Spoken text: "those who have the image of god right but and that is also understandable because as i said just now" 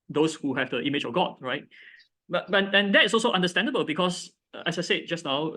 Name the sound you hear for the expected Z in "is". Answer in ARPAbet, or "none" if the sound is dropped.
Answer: S